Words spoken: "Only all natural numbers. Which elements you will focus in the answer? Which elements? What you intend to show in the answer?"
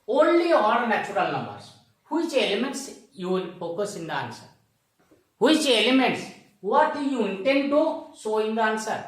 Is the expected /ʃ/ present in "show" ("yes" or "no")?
no